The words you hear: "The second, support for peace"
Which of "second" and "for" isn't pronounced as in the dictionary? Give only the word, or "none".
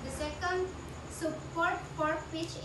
for